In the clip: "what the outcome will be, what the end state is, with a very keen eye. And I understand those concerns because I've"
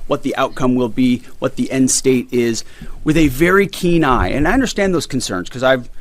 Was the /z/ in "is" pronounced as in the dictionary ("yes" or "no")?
yes